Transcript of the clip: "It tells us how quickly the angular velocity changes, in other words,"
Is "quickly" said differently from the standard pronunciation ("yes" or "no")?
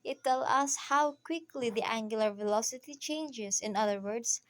no